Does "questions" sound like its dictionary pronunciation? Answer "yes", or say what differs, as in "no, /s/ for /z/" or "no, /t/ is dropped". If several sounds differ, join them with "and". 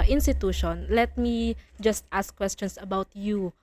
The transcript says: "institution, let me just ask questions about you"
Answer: no, /s/ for /z/